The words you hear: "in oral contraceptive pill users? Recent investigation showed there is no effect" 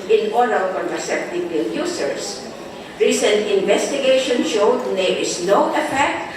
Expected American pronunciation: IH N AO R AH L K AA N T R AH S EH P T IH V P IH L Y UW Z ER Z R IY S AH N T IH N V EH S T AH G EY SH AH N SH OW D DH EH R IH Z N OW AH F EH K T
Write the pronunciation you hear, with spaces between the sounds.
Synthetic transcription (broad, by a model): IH N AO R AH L K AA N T AH S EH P T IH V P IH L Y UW S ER S R IY S AH N T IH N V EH S T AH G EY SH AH N SH OW D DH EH R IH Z N OW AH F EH K T